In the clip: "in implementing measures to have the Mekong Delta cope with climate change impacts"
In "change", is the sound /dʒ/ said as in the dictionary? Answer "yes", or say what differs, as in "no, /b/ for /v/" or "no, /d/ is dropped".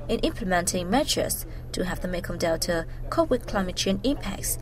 no, /dʒ/ is dropped